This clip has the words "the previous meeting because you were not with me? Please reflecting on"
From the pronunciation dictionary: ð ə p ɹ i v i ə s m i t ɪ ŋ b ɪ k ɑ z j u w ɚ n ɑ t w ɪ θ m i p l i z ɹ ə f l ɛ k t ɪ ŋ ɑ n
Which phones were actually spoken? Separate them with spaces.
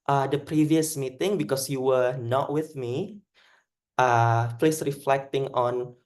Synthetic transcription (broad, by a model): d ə p ɹ i v i ə s m i t ɪ ŋ b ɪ k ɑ s j u w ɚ n ɑ t w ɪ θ m i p l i s ɹ ə f l ɛ k t ɪ ŋ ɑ n